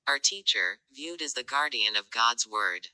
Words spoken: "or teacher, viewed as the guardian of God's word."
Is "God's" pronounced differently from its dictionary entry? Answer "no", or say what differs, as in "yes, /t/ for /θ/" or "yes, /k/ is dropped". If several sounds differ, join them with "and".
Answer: no